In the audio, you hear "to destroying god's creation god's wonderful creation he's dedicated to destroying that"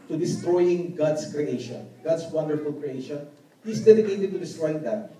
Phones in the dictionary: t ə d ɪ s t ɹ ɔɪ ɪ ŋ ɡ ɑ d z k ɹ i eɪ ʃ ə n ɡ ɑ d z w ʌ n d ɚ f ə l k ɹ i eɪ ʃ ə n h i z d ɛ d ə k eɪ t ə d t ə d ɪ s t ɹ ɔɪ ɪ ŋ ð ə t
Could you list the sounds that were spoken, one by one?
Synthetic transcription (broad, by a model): t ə d ɪ s t ɹ ɔɪ ɪ ŋ ɡ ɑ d s k ɹ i eɪ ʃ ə n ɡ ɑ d s w ʌ n d ɚ f ə l k ɹ i eɪ ʃ ə n h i s d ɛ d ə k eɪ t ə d t ə d ɪ s t ɹ ɔɪ ɪ ŋ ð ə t